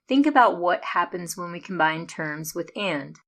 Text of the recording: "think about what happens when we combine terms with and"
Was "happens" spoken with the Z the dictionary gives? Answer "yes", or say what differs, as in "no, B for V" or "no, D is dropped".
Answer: yes